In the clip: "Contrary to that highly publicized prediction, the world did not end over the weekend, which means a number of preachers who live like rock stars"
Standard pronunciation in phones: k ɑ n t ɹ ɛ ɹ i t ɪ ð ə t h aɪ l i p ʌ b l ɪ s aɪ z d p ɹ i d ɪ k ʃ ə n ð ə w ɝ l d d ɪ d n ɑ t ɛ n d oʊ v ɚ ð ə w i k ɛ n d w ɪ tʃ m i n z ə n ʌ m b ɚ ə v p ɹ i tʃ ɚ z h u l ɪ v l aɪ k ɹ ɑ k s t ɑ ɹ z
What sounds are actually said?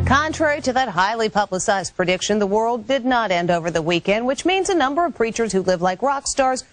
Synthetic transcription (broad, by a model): k ɑ n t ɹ ɛ ɹ i t ɪ ð ə t h aɪ l i p ʌ b l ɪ s aɪ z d p ɹ i d ɪ k ʃ ə n ð ə w ɝ l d d ɪ d n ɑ t ɛ n d oʊ v ɚ ð ə w i k ɛ n d w ɪ tʃ m i n z ə n ʌ m b ɚ ə v p ɹ i tʃ ɚ z h u l ɪ v l aɪ k ɹ ɑ k s t ɑ ɹ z